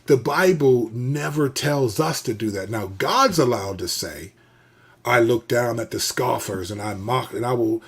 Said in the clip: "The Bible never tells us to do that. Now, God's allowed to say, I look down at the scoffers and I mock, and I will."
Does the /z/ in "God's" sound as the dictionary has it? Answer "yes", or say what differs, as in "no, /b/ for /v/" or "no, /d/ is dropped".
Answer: yes